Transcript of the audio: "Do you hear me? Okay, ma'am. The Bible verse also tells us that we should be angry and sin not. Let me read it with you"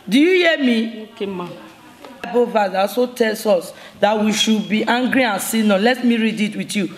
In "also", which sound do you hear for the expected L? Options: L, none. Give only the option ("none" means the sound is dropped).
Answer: none